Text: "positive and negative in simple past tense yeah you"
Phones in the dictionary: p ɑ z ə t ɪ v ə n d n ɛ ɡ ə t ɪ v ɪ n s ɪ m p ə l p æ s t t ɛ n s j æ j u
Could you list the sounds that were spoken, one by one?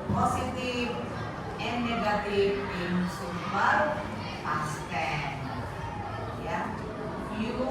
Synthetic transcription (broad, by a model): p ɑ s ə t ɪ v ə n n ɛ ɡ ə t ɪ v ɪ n s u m ə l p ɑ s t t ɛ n j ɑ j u